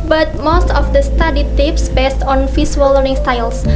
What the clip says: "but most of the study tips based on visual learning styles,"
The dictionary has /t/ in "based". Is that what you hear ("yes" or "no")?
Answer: yes